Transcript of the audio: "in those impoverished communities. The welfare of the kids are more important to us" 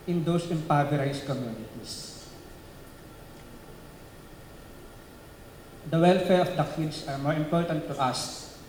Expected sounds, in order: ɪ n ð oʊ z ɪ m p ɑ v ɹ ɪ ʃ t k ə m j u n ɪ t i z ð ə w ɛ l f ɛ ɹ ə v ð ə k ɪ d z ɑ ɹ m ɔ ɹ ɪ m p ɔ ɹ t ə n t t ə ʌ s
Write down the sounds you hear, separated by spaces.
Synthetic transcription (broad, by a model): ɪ n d oʊ s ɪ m p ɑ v ɹ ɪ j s k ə m j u n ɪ t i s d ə w ɛ l f ɛ ɹ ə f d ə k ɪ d s ɑ ɹ m ɔ ɹ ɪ m p ɔ ɹ t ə n t t ə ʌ s